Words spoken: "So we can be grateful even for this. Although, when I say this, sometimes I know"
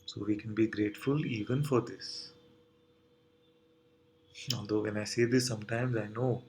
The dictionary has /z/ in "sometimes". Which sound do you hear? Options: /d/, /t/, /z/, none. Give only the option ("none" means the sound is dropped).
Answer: /z/